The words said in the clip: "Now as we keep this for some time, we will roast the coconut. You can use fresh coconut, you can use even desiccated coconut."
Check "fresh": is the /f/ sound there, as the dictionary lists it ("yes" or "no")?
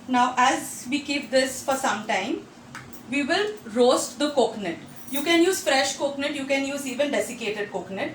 yes